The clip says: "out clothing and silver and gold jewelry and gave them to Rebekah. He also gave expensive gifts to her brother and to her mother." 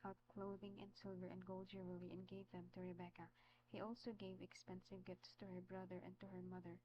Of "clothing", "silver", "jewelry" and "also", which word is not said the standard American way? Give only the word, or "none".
jewelry